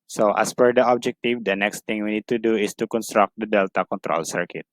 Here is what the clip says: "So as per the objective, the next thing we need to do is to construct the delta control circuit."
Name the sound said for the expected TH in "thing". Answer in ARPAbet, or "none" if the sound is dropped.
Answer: T